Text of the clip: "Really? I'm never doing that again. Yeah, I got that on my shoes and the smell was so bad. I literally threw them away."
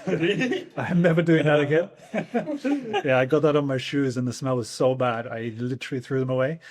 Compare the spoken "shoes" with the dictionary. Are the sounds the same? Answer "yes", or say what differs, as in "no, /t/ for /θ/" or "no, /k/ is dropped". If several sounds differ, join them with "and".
yes